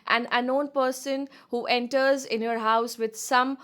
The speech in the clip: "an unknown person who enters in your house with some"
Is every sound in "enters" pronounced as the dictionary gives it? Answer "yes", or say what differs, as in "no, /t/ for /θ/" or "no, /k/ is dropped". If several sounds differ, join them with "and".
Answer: yes